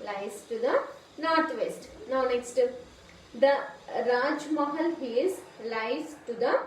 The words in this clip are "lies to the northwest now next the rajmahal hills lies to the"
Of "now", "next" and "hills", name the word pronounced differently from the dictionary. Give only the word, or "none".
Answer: hills